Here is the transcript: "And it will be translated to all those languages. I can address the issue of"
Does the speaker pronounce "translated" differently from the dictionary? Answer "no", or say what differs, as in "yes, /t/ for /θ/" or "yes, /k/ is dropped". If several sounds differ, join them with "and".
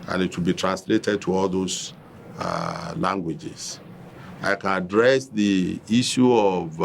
no